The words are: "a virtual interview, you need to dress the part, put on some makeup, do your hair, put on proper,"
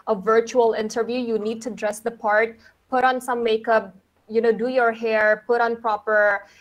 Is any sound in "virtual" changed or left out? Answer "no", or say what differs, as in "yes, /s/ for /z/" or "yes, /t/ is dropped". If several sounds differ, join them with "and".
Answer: no